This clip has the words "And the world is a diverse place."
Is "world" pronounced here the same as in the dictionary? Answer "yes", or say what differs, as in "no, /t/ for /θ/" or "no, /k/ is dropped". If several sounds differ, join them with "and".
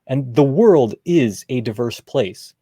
yes